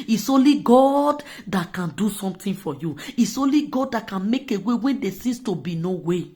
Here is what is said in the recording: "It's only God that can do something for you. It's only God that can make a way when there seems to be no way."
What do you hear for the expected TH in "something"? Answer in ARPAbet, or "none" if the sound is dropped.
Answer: T